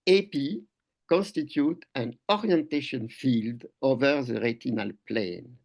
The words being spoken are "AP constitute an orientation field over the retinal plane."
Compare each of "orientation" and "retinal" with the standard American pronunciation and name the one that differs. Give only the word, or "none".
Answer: none